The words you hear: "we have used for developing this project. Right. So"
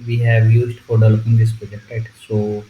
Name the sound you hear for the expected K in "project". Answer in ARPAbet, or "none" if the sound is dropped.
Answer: none